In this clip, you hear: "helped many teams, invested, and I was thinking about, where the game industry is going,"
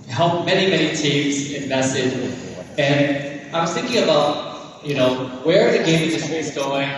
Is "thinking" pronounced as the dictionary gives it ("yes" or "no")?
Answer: yes